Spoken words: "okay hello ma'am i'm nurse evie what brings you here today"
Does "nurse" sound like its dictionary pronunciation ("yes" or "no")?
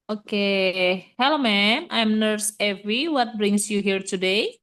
yes